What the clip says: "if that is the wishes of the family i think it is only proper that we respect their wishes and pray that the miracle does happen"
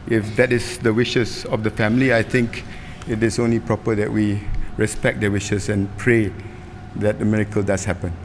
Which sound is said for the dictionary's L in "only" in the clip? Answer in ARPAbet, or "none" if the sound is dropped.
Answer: L